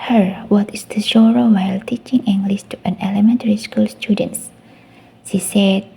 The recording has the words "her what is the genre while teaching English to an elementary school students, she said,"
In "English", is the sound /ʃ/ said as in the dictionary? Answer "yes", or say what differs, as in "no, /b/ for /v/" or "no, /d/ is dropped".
no, /s/ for /ʃ/